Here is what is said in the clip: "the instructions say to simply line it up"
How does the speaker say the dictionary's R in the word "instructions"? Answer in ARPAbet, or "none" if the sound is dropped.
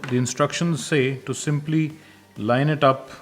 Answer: R